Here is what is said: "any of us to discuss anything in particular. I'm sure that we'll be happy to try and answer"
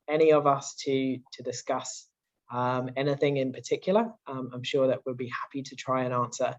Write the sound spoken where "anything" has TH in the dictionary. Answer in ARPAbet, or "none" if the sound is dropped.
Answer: TH